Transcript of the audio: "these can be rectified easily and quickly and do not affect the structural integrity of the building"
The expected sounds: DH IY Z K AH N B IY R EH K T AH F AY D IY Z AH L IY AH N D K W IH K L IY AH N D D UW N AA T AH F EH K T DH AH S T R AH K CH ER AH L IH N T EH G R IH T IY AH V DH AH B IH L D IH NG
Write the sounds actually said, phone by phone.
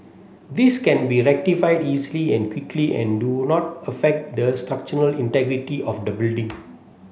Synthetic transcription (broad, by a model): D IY S K AH N B IY R EH K T AH F AY D IY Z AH L IY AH N K W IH K L IY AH N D D UW N AA T AH F EH K T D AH S T R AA K CH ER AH L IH N T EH G R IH T IY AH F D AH B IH L D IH NG